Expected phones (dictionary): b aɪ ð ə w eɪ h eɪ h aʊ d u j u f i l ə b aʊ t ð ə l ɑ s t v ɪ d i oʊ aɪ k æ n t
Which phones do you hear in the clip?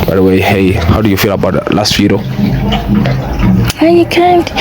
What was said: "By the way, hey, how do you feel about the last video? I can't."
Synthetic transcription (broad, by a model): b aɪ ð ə w eɪ h eɪ h aʊ d u j u f i l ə b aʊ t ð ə l ɑ s t f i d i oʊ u k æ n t